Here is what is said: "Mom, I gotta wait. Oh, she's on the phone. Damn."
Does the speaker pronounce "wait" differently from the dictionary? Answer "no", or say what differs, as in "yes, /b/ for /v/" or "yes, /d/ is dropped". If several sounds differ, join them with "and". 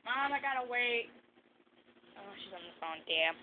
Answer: no